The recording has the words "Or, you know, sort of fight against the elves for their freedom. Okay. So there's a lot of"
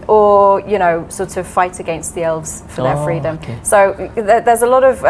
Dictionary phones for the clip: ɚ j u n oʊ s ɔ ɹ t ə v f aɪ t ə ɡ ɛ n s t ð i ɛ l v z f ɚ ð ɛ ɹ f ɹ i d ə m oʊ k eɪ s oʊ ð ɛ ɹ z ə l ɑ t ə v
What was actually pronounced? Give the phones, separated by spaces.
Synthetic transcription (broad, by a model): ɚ j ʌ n oʊ s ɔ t ə v f aɪ t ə ɡ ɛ n s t ð i ɛ l v z f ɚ ð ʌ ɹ f ɹ i d ə m s oʊ ð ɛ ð z ə l ɑ t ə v